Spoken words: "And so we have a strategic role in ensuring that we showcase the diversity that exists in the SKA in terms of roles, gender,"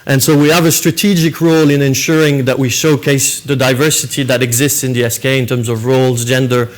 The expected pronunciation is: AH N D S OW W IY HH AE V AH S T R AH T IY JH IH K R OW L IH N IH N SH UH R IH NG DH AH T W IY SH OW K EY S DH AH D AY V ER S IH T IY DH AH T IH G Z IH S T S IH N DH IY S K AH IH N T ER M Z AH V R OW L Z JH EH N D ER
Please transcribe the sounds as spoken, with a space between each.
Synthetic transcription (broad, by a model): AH N S OW W IY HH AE V AH S T R AH T IY JH IH K R OW L IH N IH N SH UH R IH NG DH AH T W IY SH OW K EY S DH AH D AY V ER S IH T IY DH AH T IH G Z IH S T S IH N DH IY S K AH IH N T ER M Z AH V R OW L Z JH EH N D ER